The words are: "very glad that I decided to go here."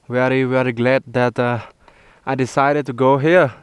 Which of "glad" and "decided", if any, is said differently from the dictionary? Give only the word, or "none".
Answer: none